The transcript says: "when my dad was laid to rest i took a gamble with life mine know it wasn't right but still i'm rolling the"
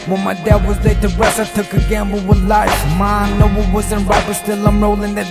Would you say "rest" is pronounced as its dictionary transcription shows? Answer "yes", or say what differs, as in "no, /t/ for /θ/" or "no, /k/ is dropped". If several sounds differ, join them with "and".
no, /t/ is dropped